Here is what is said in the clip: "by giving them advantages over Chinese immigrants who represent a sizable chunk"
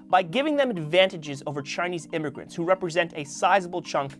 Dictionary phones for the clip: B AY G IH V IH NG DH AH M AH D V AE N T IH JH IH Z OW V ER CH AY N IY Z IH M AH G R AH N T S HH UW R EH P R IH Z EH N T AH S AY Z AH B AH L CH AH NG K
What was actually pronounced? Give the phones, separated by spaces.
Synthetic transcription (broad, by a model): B AY G IH V IH NG DH AH M AH D V AE N T IH JH IH Z OW V ER CH AY N IY Z IH M AH G R AH N T S HH UW R EH P R IH Z EH N T AH S AY Z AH B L CH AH NG K